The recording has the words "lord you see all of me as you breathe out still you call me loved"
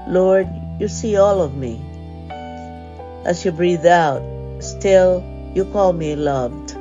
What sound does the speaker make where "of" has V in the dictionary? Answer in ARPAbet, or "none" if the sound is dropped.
V